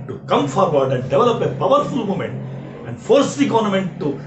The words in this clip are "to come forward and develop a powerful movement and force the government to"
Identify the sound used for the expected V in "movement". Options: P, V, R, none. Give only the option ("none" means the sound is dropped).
none